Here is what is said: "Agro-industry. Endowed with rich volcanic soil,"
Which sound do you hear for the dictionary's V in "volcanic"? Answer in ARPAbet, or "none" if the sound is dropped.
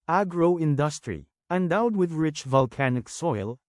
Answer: V